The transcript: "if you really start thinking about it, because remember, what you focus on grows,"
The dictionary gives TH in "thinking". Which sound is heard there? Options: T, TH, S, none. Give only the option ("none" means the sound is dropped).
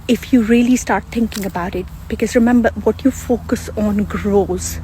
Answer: T